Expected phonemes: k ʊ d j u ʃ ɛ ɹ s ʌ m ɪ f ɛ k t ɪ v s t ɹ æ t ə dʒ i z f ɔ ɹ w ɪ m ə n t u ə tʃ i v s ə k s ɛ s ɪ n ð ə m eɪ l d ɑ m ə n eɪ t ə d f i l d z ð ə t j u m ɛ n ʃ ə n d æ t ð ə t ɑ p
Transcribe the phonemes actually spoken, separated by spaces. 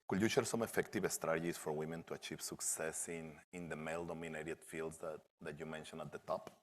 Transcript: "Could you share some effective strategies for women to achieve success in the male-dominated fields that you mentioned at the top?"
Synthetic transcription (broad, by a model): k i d j u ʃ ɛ ɹ s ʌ m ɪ f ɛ k t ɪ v s t ɹ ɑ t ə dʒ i s f ɔ ɹ w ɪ m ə n t u ə tʃ i v s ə k s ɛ s ɪ n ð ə m eɪ l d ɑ m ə n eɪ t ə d f i l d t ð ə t j u m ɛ n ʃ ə n ɑ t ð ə t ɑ p